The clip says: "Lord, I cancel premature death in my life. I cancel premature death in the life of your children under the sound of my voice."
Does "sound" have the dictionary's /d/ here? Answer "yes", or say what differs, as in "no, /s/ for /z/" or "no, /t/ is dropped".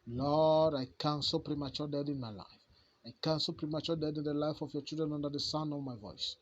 no, /d/ is dropped